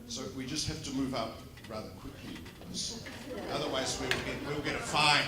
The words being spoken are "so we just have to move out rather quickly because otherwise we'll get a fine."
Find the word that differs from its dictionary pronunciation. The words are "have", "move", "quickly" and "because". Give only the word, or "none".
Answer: have